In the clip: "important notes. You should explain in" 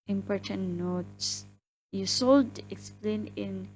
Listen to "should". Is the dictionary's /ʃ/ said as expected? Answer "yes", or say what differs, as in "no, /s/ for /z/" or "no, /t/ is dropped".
no, /s/ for /ʃ/